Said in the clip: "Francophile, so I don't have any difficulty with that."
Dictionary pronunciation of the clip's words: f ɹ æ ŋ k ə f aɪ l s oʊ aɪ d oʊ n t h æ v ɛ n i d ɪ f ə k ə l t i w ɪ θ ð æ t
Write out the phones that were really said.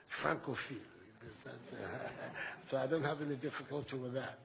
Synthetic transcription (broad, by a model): f ɹ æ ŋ k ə f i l s oʊ aɪ d oʊ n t h æ v ɛ n i d ɪ f ə k ə l t i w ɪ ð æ t